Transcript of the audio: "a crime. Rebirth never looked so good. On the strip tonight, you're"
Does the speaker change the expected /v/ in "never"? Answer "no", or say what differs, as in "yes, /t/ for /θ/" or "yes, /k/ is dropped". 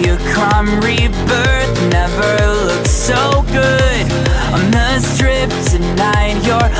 no